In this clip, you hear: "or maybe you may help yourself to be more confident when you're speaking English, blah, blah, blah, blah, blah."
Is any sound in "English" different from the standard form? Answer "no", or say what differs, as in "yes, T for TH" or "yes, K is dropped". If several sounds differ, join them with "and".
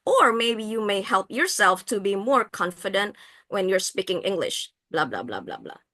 no